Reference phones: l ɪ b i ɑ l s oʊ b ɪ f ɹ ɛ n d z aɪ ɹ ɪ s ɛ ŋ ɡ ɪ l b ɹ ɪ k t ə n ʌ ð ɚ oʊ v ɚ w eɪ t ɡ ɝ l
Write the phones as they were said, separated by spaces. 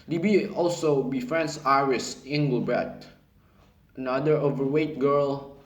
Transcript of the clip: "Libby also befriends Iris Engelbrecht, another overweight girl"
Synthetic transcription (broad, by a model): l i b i ɑ l s oʊ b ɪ f ɹ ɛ n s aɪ ɹ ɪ s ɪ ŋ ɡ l b ɹ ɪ t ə n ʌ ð ɚ oʊ v ɚ w eɪ t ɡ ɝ l